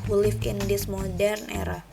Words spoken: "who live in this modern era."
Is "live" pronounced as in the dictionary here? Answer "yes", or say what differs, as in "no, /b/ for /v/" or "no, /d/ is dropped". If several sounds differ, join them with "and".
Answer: no, /f/ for /v/